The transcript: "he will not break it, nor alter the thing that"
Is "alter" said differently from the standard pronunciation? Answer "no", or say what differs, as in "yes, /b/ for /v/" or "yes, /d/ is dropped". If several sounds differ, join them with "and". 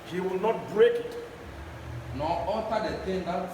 yes, /l/ is dropped